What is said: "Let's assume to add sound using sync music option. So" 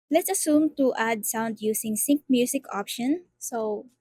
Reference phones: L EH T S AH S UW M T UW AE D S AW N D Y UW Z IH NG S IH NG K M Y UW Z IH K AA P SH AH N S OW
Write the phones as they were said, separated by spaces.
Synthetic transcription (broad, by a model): L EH T S AH S UW M T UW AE D S AW N D Y UW S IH NG S IH NG K M Y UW S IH K AA P SH AH N S OW